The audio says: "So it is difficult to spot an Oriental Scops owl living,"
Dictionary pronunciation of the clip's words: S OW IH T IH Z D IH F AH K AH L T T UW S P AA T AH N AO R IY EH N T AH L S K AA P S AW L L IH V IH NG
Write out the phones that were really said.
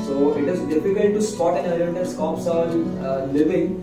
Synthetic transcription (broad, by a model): S OW IH T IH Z D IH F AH K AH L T T UW S P AA T AH N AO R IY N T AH N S K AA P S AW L L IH V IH NG